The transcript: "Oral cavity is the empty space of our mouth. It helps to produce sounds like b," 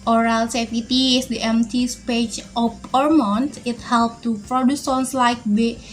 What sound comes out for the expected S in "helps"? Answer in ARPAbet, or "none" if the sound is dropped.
none